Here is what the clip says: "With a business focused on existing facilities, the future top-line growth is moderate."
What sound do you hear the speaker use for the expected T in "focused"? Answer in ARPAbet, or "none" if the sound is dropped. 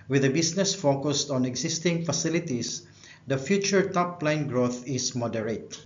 T